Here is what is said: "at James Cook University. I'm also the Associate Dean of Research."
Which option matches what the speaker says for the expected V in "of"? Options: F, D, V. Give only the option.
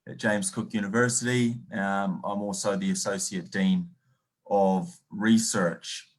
V